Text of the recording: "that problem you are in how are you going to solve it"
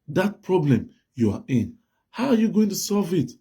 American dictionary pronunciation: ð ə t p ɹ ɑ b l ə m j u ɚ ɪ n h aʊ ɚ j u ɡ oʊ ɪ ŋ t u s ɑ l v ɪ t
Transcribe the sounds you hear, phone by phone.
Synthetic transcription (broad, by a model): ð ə t p ɹ ɑ b l ə m j u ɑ ɪ n h aʊ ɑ j u ɡ oʊ ɪ ŋ t u s ɑ l v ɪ t